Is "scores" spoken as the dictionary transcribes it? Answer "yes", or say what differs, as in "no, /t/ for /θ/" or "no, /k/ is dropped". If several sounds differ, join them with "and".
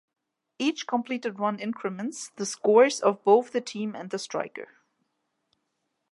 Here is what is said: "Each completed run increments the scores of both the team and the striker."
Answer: yes